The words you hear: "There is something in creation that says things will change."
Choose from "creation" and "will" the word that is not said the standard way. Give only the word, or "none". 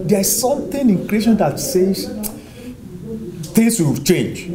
none